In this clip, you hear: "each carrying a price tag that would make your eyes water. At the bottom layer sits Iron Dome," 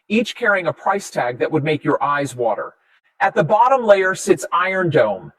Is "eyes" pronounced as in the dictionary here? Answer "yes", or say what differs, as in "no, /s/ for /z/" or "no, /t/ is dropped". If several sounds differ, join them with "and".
yes